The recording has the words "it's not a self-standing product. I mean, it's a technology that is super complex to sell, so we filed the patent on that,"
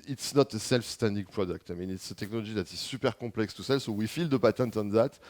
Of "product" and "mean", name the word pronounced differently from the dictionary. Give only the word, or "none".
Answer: none